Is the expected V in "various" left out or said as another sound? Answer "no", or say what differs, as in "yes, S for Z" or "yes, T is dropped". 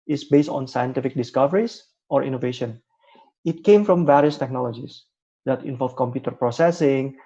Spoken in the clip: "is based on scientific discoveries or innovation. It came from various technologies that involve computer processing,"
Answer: no